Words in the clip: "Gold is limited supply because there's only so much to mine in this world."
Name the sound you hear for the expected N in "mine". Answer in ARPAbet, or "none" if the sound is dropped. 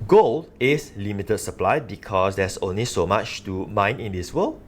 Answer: N